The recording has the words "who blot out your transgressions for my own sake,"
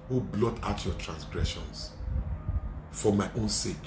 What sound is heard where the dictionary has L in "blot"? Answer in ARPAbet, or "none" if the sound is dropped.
L